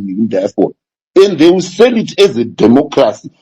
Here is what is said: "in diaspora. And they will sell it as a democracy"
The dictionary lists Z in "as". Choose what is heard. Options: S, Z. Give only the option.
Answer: Z